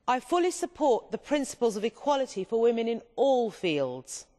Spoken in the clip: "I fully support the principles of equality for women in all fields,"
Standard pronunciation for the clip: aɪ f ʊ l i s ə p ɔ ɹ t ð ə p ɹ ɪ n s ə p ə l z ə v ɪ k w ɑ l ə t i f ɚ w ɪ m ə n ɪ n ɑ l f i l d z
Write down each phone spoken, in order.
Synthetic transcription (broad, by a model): aɪ f ʊ l i s ə p ɔ t ð ə p ɹ ɪ n s ə p ə l z ə v ɪ k w ɑ l ə t i f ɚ w ɪ m ə n ɪ n ɑ l f i l d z